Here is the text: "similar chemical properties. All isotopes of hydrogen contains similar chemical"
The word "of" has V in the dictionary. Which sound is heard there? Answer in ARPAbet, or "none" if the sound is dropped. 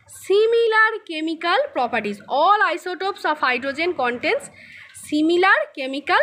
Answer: P